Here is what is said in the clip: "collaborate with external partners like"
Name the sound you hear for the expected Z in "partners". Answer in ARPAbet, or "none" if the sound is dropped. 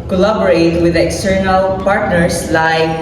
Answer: S